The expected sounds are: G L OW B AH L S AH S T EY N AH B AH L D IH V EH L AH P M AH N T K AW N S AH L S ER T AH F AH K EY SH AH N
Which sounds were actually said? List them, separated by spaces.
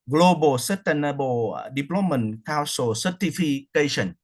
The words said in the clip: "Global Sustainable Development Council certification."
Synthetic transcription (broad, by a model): G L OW B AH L S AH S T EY N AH B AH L D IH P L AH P M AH N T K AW S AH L S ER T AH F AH K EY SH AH N